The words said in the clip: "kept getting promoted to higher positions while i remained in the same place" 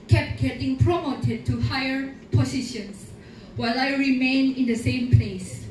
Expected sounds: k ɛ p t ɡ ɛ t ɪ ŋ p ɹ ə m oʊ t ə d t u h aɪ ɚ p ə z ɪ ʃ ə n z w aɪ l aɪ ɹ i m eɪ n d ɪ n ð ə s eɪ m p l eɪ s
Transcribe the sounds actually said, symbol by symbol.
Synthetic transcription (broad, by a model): k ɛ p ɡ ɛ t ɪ ŋ p ɹ ə m oʊ t ə d t u h aɪ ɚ p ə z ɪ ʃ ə n s w aɪ l aɪ ɹ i m eɪ n ɪ n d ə s eɪ m p l eɪ s